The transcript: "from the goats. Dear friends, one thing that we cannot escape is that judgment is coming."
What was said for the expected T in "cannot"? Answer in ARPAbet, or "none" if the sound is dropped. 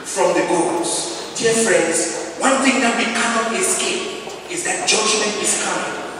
none